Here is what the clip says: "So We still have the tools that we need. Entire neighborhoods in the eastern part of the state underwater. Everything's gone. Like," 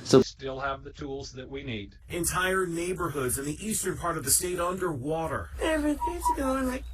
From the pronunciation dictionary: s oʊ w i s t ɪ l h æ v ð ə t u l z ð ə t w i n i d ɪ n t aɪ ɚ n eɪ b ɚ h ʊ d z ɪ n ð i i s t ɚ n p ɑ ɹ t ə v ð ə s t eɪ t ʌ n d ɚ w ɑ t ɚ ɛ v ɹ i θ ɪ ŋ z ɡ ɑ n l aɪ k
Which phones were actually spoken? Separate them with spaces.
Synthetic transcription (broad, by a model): s oʊ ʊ s t ɪ l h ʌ v ð ə t u l z ð ə t w i n i d ɪ n t aɪ ɚ n eɪ b ɚ h ʊ d z ɪ n ð i i s t ɚ n p ɑ ɹ t ə v ð ə s t eɪ t ʌ n d ɚ w ɑ t ɚ ɛ v ɹ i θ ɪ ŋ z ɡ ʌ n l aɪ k